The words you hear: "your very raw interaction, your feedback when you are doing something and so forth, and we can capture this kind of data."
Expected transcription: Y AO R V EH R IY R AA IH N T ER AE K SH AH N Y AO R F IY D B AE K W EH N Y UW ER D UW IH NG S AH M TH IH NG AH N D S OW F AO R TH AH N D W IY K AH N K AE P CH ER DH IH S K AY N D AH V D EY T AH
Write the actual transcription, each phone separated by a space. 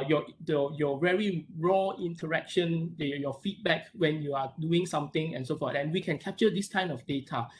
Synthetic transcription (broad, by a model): Y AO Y V EH R IY R AA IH N T ER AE K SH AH N Y AO F IY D B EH K W EH N Y UW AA D UW IH NG S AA M T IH NG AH N S OW F AO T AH N W IY K AH N K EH P CH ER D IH S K AY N AH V D EY T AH